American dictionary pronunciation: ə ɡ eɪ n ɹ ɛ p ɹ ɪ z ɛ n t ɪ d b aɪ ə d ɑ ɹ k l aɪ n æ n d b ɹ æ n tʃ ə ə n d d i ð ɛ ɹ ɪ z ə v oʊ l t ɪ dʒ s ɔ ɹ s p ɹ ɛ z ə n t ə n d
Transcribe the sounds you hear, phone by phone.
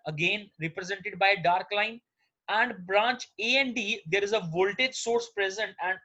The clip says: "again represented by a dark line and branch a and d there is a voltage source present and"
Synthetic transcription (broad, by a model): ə ɡ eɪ n ɹ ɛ p ɹ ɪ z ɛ n t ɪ d b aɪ ə d ɑ ɹ k l aɪ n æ n d b ɹ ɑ n tʃ ə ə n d d i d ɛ ɹ ɪ z ə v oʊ l t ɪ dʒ s ɔ ɹ s p ɹ ɛ z ə n t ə n d